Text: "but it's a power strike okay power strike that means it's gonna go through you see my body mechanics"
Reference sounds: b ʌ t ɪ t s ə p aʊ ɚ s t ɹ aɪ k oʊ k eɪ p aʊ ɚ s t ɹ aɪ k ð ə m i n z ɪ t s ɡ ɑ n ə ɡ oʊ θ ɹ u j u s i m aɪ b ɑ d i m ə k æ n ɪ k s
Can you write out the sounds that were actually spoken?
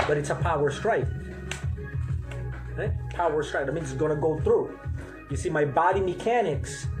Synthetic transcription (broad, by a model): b ʌ t ɪ t s ə p aʊ ɚ s t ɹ aɪ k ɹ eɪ p aʊ ɚ s t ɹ aɪ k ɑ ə m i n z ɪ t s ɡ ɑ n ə ɡ oʊ θ ɹ u j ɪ s i m aɪ b ɑ d i m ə k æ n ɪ k s